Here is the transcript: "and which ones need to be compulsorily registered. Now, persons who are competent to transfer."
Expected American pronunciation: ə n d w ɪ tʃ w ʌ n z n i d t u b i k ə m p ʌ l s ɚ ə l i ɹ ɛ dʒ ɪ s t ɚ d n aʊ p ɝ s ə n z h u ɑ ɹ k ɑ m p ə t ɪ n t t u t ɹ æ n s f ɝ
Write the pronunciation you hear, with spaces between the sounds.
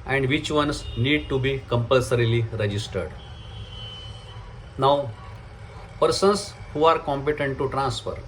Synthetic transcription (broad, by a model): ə n d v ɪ tʃ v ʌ n s n i d t u b i k ə m p ʌ l s ɚ ə l i ɹ ɛ dʒ ɪ s t ɚ d n aʊ p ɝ s ə n s h u ɑ ɹ k ɑ m p ə t ɪ n t t u t ɹ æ n s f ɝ